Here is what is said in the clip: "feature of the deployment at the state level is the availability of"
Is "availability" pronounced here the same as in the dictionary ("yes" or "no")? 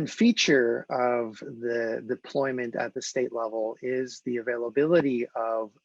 yes